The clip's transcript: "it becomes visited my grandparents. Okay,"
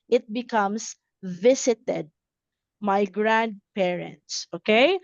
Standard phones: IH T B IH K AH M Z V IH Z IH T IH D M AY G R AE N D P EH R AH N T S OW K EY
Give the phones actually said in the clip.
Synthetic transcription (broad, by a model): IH T B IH K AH M S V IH S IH T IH D M AY G R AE N D P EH R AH N T S OW K EY